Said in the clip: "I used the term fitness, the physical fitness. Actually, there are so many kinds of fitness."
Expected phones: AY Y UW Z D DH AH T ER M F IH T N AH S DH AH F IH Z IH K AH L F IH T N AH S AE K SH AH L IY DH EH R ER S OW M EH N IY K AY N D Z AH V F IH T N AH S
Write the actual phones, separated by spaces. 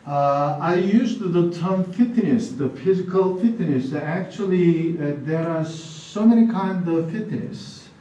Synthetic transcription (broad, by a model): AY Y UW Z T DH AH T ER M F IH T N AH S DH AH F IH Z IH K AH L F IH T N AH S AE K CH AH L IY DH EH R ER S OW M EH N IY K AY N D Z AH V F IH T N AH S